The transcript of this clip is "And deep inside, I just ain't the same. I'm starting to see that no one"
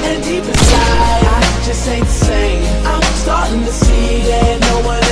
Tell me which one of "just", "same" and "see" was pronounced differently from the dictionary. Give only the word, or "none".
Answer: same